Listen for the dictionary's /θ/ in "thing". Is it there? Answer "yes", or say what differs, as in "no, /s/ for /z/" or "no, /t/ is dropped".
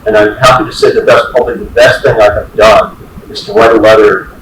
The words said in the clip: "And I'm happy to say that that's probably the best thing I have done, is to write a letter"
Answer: yes